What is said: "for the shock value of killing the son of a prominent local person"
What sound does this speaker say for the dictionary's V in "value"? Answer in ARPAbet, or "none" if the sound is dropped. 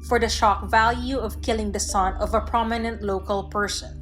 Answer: V